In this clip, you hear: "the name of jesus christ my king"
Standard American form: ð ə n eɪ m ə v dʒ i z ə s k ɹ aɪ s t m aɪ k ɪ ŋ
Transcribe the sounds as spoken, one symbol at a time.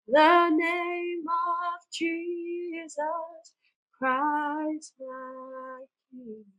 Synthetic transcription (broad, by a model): ð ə n eɪ m ə v dʒ i z ə s k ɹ aɪ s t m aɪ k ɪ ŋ